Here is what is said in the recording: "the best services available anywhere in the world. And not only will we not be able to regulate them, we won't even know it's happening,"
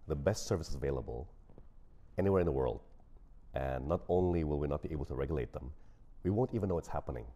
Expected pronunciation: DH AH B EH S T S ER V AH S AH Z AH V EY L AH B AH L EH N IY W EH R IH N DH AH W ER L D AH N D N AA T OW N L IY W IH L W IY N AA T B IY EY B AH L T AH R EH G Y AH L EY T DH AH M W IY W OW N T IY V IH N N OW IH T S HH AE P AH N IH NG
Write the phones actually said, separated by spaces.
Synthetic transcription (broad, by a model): DH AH B EH S T S ER V AH S AH Z AH V EY L AH B AH L EH N IY W EH R IH N DH AH W ER L D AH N N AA T OW N L IY W IH L W IY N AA T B IY EY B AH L T AH R EH G Y L EY T DH AH M W IY W OW N T IY V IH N N OW IH T S HH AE P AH N IH NG